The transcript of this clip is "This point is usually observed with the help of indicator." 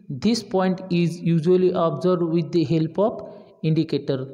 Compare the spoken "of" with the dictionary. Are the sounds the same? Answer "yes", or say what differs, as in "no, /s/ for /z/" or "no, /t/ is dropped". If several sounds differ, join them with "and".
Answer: no, /p/ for /v/